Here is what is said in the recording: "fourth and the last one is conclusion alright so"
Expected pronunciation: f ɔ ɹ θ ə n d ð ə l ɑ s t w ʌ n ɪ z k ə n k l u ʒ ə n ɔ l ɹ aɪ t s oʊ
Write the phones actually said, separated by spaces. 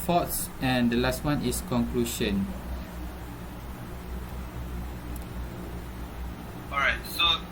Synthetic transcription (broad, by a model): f ɔ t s ə n d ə l ɑ s t w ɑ n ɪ s k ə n k l u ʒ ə n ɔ ɹ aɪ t s oʊ